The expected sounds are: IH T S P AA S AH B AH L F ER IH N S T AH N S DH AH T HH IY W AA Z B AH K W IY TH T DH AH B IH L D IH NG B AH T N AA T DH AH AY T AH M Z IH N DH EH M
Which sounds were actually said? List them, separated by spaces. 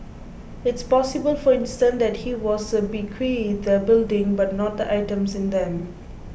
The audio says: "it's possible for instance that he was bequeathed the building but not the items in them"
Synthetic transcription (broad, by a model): IH T S P AA S AH B AH L F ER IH N S T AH N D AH T HH IY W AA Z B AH K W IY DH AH B IH L D IH NG B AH T N AA T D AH AY T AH M S IH N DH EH M